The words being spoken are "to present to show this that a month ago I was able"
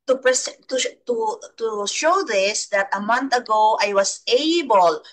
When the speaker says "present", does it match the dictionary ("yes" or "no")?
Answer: no